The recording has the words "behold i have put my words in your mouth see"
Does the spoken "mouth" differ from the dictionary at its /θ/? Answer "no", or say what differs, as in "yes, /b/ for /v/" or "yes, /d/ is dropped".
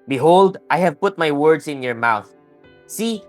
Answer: no